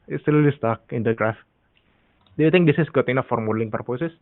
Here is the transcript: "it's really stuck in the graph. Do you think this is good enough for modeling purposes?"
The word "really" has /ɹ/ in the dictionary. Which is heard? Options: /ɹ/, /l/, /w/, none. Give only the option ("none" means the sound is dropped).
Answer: /l/